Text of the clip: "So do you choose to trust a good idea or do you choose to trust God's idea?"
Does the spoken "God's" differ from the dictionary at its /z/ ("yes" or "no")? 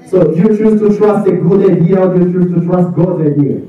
yes